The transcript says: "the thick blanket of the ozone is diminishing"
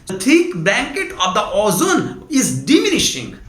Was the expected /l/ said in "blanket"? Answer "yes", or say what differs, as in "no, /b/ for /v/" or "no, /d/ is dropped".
no, /l/ is dropped